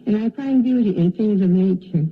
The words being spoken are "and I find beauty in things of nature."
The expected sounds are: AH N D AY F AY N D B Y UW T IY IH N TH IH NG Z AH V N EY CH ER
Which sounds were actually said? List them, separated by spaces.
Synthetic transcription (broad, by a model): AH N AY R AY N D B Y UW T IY IH N TH IH NG Z AH V N EY CH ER